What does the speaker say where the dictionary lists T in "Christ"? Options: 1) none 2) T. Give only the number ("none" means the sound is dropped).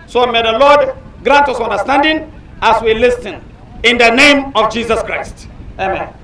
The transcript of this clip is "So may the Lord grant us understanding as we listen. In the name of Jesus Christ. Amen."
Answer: 2